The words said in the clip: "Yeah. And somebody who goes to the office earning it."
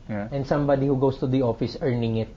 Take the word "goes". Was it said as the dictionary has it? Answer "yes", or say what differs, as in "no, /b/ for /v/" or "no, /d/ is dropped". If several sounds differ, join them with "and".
no, /s/ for /z/